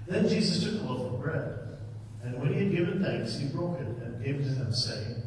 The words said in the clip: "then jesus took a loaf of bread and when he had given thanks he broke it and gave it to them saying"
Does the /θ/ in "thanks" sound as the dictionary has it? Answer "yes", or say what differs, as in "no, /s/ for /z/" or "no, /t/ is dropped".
yes